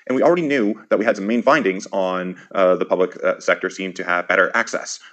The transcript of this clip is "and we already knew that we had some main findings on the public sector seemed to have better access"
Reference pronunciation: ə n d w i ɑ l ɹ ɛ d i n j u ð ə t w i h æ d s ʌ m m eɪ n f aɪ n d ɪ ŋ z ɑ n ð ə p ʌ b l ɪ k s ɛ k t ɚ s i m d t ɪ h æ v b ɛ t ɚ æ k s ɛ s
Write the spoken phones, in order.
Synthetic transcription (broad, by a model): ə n w i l ɹ ɛ d i n j u ð ə t w i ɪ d s ʌ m m eɪ n f aɪ n d ɪ ŋ z n ð ə p ʌ b l ɪ k s ɛ k t ɚ s i m t ɪ v b ɛ t ɚ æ k s ɛ s